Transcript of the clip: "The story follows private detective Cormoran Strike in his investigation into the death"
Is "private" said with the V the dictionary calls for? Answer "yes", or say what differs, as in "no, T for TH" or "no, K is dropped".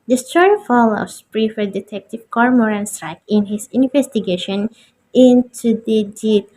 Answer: no, F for V